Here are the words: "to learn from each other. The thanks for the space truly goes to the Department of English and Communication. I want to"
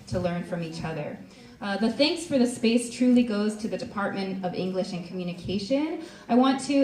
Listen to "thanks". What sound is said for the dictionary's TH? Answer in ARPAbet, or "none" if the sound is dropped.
TH